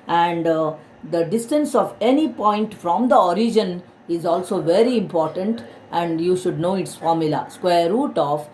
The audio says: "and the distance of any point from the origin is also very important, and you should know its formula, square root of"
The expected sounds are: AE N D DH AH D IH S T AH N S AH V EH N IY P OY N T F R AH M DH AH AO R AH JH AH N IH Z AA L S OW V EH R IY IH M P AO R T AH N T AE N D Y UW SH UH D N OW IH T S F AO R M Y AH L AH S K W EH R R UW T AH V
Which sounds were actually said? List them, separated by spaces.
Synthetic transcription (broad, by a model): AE N D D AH D IH S T AH N S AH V EH N IY P OY N T F R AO M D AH AO R AH JH AH N IH Z AA L S OW V EH R IY IH M P AO R T AH N T AE N D Y UW SH UH D N OW IH T S F AO R M Y AH L AH S K W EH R R UW T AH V